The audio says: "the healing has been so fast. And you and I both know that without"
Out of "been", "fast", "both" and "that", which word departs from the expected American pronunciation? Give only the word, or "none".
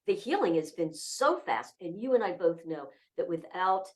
none